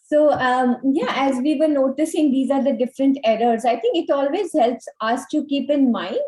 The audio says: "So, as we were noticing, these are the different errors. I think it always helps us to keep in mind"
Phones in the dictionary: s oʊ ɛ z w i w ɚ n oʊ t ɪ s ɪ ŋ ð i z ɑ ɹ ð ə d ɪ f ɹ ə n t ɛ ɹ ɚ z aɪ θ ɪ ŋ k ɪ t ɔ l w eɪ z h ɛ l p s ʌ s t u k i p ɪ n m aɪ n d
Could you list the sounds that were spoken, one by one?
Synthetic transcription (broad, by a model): s oʊ ɛ z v i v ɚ n oʊ t ɪ s ɪ ŋ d i z ɑ ɹ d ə d ɪ f ɹ ə n t ɛ ɹ ɚ z aɪ t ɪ ŋ k ɪ t ɔ l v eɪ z h ɛ l p s ʌ s t u k i p ɪ n m aɪ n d